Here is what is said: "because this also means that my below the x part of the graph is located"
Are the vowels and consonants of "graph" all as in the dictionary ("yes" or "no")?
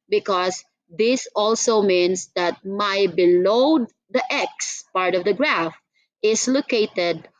yes